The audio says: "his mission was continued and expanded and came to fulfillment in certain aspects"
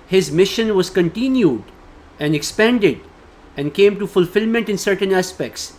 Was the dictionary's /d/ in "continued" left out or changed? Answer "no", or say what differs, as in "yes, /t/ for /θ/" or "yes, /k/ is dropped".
no